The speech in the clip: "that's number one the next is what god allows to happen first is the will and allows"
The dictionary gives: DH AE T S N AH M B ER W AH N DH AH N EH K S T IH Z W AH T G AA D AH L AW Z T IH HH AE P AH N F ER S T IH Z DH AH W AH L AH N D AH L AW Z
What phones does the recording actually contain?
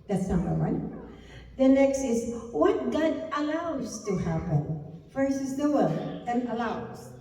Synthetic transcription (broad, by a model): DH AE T S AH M ER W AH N DH AH N EH K S T IH Z W AH T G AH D AH L AW Z T IH HH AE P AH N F ER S IH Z DH AH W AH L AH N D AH L AW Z